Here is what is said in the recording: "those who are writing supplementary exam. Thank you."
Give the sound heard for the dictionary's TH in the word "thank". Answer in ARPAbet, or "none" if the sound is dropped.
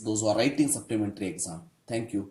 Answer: T